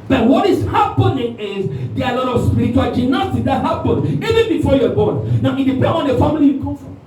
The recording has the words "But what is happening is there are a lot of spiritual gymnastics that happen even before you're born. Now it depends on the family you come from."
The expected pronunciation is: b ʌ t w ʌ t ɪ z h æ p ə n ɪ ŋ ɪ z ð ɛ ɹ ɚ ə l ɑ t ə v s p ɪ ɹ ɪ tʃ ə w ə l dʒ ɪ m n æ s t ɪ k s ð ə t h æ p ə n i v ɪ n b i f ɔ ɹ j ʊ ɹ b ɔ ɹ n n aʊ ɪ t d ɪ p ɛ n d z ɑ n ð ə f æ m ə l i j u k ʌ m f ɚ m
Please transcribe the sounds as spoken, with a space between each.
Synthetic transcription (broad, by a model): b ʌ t w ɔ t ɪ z h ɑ p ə n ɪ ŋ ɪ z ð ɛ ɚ ə l ɑ t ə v s p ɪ ɹ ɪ tʃ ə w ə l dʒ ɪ n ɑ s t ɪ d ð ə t h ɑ p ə n i v ɪ n b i f ɔ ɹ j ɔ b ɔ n n aʊ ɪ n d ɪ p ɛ ɑ n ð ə f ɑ m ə l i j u k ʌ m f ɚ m